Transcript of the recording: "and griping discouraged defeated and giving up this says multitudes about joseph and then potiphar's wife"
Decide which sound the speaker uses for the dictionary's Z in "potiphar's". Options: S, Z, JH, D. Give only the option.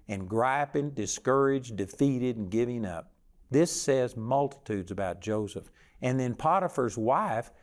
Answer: Z